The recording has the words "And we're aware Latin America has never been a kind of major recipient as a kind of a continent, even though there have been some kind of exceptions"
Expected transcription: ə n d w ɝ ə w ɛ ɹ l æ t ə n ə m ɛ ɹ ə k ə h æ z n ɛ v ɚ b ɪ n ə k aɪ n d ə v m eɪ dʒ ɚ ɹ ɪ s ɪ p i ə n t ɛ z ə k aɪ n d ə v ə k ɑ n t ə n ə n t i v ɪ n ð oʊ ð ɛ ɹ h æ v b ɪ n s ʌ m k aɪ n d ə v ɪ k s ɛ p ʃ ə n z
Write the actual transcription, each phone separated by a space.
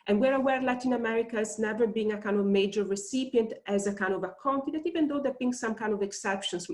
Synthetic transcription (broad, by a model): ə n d w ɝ ə w ɛ ɹ l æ t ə n ə m ɛ ɹ ə k ə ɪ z n ɛ v ɚ b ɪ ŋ ə k aɪ n d ə v m eɪ dʒ ɚ ɹ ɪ s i p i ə n t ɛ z ə k aɪ n d ə v ə k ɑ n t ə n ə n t i v ɪ n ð oʊ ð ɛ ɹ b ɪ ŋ s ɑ m k aɪ n d ə v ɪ k s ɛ p ʃ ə n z